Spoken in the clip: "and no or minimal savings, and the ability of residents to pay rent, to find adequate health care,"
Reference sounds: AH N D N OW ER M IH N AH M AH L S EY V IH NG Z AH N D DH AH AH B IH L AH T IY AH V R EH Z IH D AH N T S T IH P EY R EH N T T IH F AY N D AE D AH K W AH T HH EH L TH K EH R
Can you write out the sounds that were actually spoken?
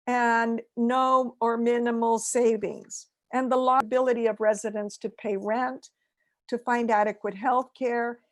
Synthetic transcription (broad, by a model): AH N N OW ER M IH N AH M L S EY V IH NG Z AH N DH AH AH B IH L AH T IY AH V R EH Z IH D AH N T S T IH P EY R EH N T T IH F AY N D AE D AH K W AH T HH EH L TH K EH R